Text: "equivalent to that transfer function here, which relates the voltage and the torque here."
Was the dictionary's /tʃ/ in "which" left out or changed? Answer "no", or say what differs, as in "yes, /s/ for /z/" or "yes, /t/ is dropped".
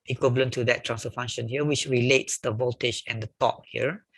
no